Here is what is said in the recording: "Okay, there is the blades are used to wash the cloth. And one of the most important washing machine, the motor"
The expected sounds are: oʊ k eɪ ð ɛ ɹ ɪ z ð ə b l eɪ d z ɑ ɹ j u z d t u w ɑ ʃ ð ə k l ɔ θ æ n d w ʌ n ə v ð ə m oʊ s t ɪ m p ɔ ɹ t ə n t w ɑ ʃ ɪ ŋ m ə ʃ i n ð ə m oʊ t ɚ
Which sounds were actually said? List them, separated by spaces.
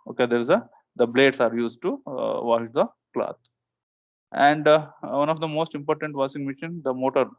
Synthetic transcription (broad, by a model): oʊ k eɪ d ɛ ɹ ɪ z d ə b l eɪ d s ɑ ɹ j u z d t u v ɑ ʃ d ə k l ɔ t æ n d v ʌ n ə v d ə m oʊ s t ɪ m p ɔ ɹ t ə n t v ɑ s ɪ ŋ m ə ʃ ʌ n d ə m oʊ t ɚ